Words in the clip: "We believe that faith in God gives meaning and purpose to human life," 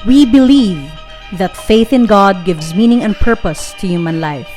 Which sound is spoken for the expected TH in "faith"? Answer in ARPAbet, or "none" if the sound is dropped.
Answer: TH